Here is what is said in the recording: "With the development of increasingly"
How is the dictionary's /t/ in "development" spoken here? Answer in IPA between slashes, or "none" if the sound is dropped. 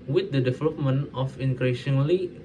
none